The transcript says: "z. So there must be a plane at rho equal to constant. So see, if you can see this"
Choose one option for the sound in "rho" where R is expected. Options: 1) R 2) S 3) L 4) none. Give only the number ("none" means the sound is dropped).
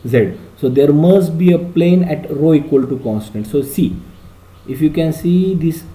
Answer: 1